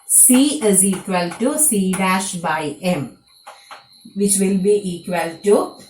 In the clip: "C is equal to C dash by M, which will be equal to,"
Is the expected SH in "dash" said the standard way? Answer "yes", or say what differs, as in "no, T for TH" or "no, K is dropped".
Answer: yes